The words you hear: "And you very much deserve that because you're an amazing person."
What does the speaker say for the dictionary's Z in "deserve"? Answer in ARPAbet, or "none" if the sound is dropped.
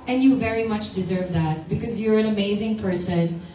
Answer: Z